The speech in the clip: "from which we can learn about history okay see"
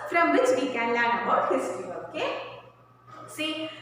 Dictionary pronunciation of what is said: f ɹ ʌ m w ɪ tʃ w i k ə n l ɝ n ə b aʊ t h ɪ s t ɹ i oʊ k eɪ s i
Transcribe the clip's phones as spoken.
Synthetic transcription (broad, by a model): f ɹ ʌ m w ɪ tʃ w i k ə n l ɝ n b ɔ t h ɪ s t i oʊ k eɪ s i